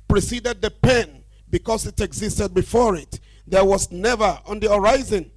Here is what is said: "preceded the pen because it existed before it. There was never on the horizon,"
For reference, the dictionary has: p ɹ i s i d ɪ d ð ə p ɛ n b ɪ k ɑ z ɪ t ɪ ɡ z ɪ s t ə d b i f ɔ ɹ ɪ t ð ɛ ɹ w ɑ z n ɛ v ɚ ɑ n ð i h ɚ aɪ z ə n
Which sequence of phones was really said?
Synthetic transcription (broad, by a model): p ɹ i s i d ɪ d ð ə p ɛ n b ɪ k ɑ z ɪ t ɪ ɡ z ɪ s t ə d b i f ɔ ɹ ɪ t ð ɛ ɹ w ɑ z n ɛ v ɚ ɑ n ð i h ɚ aɪ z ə n